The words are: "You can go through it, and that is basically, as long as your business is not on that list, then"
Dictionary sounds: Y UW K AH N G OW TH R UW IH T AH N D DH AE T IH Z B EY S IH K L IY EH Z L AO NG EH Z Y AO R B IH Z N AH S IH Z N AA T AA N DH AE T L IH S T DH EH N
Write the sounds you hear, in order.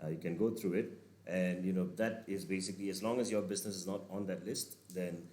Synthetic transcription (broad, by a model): Y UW K AH N G OW T R UW IH T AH N D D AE T IH Z B EY S IH K L IY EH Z L AO NG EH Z Y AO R B IH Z N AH S IH Z N AA T AA N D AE T L IH S T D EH N